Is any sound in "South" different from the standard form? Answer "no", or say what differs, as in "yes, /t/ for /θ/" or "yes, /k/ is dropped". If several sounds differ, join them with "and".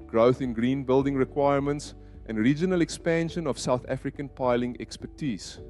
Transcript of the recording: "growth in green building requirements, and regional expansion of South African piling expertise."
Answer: no